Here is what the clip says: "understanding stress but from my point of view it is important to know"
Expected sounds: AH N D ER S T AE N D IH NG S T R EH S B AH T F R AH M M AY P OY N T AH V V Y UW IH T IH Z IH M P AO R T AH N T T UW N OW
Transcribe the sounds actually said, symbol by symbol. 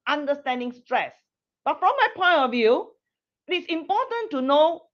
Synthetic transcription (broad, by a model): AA N D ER S T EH N D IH NG S T R EH S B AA T F R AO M M AY P OY N T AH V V Y UW IH T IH S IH M P AO T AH N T T UW N OW